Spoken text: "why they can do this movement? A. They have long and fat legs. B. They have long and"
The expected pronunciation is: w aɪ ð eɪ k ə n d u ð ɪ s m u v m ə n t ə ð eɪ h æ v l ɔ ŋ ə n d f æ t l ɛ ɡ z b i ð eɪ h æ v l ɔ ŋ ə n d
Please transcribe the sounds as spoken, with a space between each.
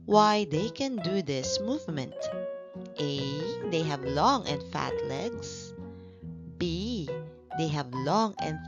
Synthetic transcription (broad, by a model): w aɪ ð eɪ k ə n d u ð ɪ s m u v m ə n t ə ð eɪ h æ v l ɔ ŋ ə n d f æ t l ɛ ɡ s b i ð eɪ h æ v l ɔ ŋ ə n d